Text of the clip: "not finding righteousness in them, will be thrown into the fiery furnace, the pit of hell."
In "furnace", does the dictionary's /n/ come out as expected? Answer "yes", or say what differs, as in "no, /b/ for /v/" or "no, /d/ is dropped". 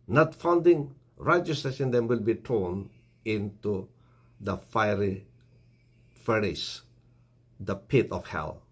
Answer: no, /n/ is dropped